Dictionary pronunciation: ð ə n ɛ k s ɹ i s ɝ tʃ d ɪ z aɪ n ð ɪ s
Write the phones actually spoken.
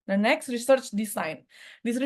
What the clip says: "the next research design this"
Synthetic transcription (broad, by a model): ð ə n ɛ k s ɹ i s ɝ tʃ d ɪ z aɪ n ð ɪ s